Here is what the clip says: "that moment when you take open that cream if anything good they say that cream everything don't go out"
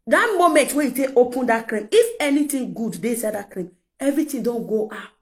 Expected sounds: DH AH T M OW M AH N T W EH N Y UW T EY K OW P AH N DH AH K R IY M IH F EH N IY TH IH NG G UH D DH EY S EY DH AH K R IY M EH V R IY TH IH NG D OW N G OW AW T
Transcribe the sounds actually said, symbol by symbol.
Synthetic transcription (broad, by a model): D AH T M OW M AH N T W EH Y UW T EY K OW P AH N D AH K R IY M IH F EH N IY T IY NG G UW D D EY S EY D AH K R IY M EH V R IY T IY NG D OW N G OW AW T